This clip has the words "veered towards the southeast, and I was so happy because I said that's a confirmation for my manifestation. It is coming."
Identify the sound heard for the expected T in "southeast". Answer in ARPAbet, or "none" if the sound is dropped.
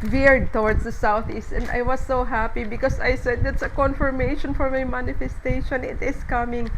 T